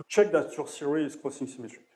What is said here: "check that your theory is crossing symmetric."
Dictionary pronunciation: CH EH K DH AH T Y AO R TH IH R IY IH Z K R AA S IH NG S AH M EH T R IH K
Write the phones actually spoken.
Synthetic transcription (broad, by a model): CH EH K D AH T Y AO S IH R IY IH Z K AA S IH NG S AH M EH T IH